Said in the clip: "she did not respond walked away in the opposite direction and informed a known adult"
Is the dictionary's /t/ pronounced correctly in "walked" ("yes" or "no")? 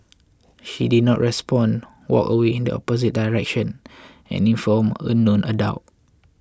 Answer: no